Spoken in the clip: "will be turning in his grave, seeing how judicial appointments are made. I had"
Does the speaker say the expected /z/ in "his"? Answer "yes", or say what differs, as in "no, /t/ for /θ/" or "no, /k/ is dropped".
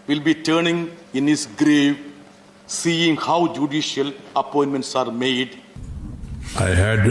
no, /s/ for /z/